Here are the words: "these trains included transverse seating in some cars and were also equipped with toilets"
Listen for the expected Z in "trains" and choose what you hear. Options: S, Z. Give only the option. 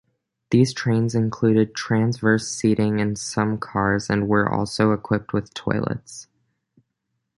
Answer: Z